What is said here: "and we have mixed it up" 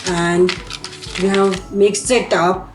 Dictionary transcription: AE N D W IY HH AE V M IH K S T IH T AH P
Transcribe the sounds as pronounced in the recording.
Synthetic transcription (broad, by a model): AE N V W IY HH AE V M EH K S IH T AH P